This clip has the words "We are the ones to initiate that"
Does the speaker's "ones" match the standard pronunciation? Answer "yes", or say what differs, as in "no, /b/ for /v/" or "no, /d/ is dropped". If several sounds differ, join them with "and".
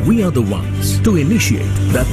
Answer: yes